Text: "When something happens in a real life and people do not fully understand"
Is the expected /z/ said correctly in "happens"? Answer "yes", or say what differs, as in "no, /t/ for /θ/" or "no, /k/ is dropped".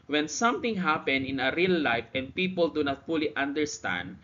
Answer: no, /z/ is dropped